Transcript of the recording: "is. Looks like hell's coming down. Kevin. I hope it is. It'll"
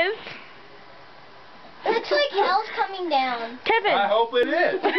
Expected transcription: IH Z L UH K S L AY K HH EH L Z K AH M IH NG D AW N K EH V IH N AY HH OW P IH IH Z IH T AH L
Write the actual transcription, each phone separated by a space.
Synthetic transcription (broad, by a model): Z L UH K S L AY K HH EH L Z K AH M IH NG D AW N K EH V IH AY HH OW IH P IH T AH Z